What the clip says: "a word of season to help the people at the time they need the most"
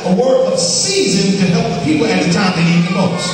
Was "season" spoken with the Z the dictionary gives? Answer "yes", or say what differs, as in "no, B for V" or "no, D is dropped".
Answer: yes